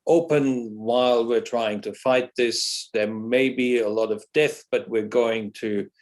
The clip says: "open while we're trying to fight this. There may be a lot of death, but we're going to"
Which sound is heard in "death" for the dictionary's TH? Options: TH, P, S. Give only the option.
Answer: TH